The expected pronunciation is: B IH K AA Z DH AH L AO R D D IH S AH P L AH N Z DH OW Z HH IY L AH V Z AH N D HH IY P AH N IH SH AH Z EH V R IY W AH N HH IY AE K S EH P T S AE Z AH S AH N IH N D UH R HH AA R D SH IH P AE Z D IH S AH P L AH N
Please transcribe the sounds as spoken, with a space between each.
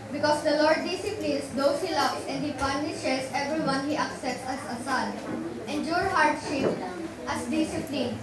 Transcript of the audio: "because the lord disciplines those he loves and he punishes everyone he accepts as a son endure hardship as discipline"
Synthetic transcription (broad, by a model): B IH K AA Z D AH L AO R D D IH S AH P L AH N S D OW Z HH IY L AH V S AH N D HH IY P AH N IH SH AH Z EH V R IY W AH N HH IY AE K S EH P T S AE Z AH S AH L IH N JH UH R HH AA R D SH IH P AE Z D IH S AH P L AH N